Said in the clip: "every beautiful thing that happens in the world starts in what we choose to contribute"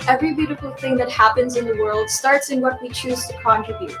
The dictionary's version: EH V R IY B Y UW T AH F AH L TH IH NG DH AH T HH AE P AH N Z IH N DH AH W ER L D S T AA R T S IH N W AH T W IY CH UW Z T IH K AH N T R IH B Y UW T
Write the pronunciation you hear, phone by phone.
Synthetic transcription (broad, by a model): EH V R IY B Y UW T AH F L TH IH NG DH AH T HH AE P AH N Z IH N DH AH W ER L D S T AA R T S IH N W AH T W IY CH UW Z T IH K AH N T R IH B Y UW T